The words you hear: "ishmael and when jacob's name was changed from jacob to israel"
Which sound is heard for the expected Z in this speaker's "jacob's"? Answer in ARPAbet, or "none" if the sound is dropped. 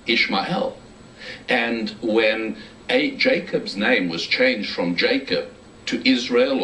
Z